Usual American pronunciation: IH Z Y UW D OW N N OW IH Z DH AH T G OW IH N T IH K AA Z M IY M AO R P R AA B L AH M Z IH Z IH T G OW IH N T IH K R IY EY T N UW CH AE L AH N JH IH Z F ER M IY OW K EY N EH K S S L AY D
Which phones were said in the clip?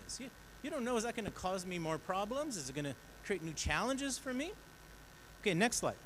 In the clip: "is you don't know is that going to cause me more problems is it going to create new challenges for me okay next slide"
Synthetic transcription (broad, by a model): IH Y Y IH D OW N N OW IH Z DH AH T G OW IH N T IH K AA Z M IY M AO R P R AA B L AH M Z IH Z IH T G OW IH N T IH K R IY EY T N UW CH AE L AH N JH IH Z F ER M IY OW K EY N EH K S S L AY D